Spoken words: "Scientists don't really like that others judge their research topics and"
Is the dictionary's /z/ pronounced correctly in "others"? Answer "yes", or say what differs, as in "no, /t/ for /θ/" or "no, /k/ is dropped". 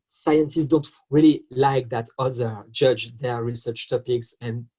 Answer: no, /z/ is dropped